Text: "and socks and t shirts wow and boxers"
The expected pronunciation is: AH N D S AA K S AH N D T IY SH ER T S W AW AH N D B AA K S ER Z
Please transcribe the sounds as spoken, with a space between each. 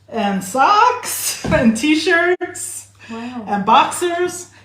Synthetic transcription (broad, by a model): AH N S AA K S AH N T IY SH ER T S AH N B AA K S ER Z